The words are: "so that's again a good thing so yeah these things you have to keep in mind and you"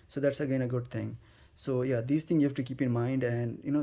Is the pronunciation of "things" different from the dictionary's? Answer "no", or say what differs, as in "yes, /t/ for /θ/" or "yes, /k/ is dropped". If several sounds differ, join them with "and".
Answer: yes, /z/ is dropped